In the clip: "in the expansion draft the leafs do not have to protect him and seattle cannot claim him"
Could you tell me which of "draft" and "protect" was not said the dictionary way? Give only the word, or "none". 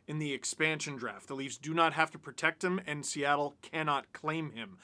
none